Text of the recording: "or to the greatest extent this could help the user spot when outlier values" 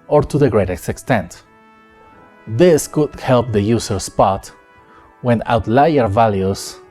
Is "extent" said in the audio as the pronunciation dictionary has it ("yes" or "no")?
yes